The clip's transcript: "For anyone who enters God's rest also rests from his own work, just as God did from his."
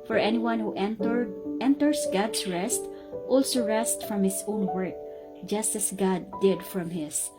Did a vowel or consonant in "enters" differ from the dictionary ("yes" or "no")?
yes